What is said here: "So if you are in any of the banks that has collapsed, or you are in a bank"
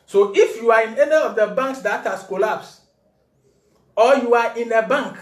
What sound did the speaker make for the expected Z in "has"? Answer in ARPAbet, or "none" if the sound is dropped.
S